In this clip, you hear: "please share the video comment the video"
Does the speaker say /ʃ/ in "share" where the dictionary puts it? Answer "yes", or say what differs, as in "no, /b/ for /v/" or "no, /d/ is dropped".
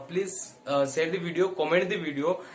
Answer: no, /s/ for /ʃ/